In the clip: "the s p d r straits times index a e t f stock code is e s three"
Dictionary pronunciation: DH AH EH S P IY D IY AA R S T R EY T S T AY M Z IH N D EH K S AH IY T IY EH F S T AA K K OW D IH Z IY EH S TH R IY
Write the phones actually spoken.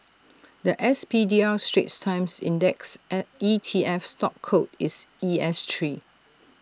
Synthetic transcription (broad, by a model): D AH EH S P IY D IY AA L S T R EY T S T AY M S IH N D EH K S IY T IY EH F S T AA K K OW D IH S IY EH S T R IY